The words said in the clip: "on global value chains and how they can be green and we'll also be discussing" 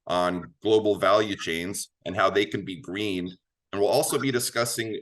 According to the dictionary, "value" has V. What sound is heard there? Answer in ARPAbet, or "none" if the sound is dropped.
V